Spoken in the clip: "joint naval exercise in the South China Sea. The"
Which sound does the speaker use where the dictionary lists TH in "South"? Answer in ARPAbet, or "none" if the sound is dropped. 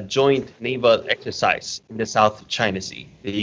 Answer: TH